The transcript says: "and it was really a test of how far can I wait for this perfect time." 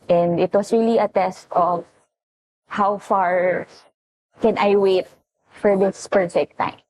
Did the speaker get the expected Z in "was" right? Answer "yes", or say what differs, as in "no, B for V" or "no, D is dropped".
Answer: no, S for Z